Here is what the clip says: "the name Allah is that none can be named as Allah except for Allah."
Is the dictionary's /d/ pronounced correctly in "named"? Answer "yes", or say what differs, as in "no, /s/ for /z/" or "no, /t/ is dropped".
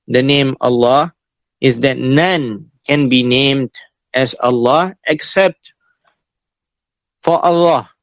yes